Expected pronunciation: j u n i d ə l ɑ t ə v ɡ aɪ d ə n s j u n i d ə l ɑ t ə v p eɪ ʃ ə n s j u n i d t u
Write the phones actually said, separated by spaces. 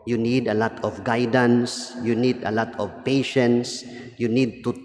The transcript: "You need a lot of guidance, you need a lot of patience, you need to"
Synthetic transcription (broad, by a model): j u n i d ə l ɑ t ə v ɡ aɪ d ə n s j u n i d ə l ɑ t ə v p eɪ ʃ ə n s j u n i d t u